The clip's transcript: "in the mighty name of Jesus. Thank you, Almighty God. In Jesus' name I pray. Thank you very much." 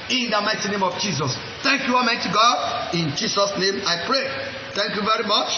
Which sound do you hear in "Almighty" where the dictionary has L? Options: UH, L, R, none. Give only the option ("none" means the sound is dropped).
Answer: none